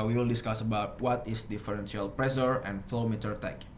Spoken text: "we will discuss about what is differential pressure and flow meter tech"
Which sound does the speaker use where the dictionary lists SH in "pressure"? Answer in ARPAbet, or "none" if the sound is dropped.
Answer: S